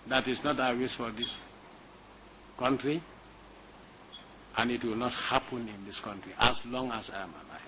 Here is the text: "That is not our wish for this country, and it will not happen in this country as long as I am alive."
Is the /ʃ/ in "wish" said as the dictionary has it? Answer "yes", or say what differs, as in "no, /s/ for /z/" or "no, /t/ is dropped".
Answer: no, /s/ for /ʃ/